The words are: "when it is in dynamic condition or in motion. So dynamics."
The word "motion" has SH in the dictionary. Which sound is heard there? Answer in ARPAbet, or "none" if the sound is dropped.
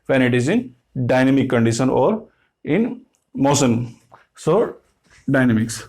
S